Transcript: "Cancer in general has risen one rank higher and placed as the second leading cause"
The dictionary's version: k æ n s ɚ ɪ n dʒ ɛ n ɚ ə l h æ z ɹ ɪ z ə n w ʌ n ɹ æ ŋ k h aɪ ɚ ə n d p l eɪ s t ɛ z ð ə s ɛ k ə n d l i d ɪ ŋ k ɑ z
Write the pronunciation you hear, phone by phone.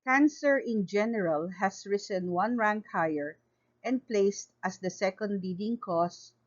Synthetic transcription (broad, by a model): k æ n s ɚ ɪ n dʒ ɛ n ɚ ə l h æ s ɹ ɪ s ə n w ʌ n ɹ æ ŋ k h aɪ ɚ ə n d p l eɪ s t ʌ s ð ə s ɛ k ə n d l i d ɪ ŋ k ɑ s